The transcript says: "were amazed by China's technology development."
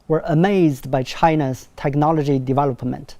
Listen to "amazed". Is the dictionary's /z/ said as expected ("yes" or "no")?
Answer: yes